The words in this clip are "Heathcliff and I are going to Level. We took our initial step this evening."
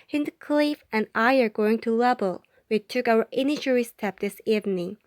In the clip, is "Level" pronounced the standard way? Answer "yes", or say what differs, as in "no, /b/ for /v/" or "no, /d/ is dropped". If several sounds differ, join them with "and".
no, /b/ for /v/